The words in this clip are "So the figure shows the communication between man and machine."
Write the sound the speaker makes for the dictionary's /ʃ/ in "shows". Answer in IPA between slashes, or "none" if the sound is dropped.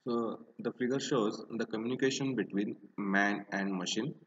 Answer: /ʃ/